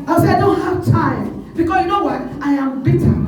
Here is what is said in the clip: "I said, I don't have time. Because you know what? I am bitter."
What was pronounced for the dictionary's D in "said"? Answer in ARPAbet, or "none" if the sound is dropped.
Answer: none